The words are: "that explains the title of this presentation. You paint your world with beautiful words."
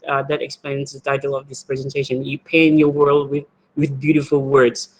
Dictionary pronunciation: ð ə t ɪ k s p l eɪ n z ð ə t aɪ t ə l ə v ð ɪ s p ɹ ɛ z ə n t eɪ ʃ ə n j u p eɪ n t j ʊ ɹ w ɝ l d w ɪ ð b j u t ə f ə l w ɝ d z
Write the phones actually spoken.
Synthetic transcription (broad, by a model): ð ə t ɪ k s p l eɪ n z ð ə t aɪ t l ə v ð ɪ s p ɹ ɛ z ə n t eɪ ʃ ə n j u p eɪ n j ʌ ɹ w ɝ l d w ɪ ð b j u t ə f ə l w ɝ d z